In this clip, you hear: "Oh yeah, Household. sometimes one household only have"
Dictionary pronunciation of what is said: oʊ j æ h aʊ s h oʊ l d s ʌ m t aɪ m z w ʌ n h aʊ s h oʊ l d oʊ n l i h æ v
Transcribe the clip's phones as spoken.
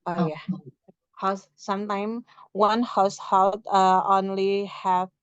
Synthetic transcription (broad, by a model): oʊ j æ h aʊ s s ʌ m t aɪ m w ʌ n h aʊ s h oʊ l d oʊ n l i h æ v